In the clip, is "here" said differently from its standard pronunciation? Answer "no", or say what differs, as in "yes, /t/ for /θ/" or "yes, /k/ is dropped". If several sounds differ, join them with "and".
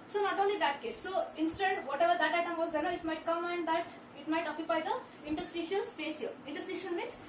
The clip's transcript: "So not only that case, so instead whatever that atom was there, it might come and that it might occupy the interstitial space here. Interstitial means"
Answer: yes, /l/ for /ɹ/